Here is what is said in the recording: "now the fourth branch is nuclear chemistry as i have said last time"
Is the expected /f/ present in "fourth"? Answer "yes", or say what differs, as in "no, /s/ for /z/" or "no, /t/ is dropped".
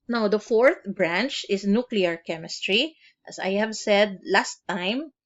yes